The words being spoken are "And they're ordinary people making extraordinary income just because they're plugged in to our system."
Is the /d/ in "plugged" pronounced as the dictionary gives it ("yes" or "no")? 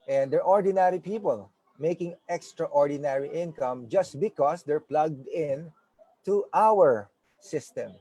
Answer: yes